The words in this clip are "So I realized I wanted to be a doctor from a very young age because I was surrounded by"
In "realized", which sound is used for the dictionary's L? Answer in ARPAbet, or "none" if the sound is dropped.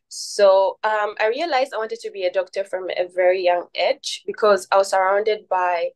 L